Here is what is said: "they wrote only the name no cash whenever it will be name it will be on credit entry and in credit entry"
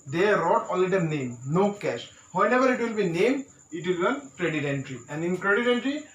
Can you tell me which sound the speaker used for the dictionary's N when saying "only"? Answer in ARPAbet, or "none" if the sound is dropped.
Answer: none